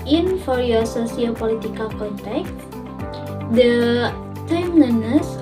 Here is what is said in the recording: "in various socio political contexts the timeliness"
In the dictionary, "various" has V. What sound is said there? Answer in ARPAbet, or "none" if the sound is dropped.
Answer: F